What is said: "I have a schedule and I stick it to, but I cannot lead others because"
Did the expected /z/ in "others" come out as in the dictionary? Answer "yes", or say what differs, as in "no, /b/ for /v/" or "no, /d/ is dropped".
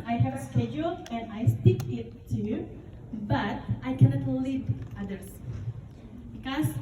no, /s/ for /z/